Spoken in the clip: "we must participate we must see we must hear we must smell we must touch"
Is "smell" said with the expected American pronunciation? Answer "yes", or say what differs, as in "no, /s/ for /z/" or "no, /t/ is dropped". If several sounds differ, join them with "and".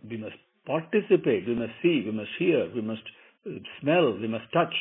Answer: yes